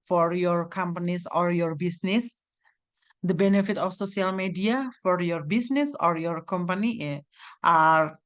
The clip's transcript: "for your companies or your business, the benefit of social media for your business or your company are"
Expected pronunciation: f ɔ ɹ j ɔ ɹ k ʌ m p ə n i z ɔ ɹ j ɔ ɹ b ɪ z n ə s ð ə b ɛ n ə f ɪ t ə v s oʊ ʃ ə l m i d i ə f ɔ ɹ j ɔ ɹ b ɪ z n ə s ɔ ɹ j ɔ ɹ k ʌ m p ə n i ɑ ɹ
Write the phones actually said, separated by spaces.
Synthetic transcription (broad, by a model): f ɔ ɹ j ɔ ɹ k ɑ m p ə n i s ɔ ɹ j ɔ ɹ b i s n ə s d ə b ɛ n ə f ɪ t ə f s oʊ s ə l m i d i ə f ɔ ɹ j ɔ ɹ b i s n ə s ɔ ɹ j ɔ ɹ k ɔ m p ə n i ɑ ɹ